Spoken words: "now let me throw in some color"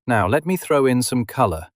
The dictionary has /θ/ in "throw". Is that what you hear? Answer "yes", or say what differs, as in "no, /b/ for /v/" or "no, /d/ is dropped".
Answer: yes